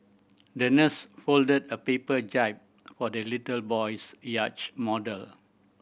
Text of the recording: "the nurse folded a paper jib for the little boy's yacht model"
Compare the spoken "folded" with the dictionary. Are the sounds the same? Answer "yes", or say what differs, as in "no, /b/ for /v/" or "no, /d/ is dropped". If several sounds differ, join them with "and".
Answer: yes